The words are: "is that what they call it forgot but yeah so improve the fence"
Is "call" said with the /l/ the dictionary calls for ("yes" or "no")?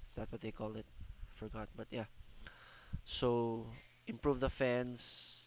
yes